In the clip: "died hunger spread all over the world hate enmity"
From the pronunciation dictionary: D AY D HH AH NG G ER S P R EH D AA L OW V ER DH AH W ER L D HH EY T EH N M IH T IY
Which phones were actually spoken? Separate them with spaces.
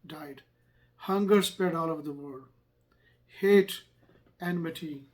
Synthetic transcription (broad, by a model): D AY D HH AH NG G ER S P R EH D AA L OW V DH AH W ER D HH EY T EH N M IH T IY